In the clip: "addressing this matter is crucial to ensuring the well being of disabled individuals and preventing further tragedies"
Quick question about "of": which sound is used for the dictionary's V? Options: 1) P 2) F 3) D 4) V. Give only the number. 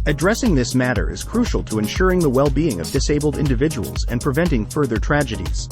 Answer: 4